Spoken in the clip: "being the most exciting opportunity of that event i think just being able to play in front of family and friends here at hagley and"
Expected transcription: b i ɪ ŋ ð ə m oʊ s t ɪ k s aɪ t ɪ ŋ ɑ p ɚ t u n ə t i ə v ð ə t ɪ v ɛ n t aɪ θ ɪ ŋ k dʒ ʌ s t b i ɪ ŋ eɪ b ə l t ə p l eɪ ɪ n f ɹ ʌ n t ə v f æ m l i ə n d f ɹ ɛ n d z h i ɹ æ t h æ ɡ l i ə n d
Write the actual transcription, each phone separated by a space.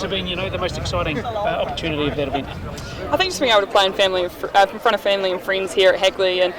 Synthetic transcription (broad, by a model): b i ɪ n ð ə m oʊ s t ɪ k s aɪ t ɪ ŋ ɑ p ɚ t u n ə t i ə v ð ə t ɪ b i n aɪ θ ɪ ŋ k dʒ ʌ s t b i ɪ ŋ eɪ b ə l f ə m l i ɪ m f ɹ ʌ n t ə v f æ m l i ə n f ɹ ɛ n d z h i ɹ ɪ t h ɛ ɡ l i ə n